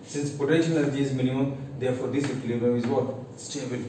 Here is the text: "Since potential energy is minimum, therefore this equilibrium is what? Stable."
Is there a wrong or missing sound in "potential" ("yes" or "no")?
yes